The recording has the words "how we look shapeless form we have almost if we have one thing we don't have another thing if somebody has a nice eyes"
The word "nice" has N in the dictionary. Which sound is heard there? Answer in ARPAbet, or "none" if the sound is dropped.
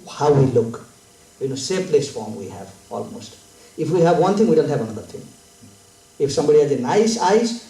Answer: N